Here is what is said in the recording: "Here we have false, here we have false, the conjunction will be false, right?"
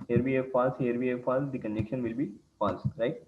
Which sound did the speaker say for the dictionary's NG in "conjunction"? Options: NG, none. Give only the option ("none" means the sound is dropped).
none